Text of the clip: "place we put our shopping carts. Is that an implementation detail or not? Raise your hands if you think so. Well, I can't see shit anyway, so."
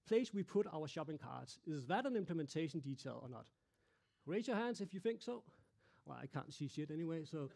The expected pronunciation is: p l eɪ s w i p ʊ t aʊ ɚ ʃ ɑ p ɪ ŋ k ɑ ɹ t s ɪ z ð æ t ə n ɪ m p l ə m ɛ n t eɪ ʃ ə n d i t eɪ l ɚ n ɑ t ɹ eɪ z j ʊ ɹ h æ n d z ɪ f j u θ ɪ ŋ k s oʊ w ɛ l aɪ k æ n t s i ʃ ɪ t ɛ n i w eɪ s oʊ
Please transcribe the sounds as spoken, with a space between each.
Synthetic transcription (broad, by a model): p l eɪ s w i p ʊ t aʊ ɚ ʃ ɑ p ɪ ŋ k ɑ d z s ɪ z ð æ t ə n ɪ m p l ə m ɛ n t eɪ ʃ ə n d i t eɪ l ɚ n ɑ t ɹ eɪ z j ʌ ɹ h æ n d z ɪ f j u θ ɪ ŋ k s oʊ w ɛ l aɪ k æ n t s i s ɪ t ɛ n i w eɪ s oʊ